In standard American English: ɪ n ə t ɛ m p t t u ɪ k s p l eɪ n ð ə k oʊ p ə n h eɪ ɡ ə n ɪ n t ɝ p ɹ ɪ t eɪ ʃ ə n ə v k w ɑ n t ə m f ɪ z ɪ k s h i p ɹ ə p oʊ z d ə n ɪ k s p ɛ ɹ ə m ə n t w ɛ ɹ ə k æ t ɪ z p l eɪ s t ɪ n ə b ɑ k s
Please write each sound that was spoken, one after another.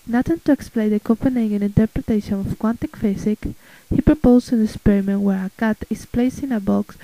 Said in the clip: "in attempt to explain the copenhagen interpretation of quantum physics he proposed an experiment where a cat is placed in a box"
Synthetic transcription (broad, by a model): n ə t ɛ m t t u ɪ k s p l eɪ n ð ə k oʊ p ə n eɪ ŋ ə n ɪ n t ɝ p ɹ ɪ t eɪ ʃ ə n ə f k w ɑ n t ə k f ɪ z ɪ k h i p ɹ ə p oʊ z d ə n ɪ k s p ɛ ɹ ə m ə n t w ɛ ɹ ə k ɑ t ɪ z p l eɪ s t ɪ n ə b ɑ k s